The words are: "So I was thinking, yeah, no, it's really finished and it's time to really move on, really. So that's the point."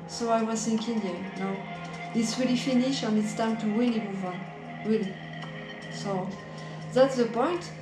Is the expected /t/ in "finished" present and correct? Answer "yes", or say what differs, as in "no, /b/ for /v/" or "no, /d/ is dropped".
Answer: no, /t/ is dropped